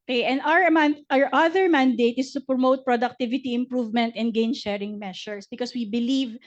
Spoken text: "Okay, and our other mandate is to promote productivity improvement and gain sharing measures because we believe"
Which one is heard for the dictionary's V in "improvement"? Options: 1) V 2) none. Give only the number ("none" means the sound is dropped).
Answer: 1